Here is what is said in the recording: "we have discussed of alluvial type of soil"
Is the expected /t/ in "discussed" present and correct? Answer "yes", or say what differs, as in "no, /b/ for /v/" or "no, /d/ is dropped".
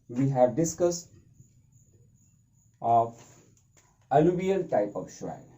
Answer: yes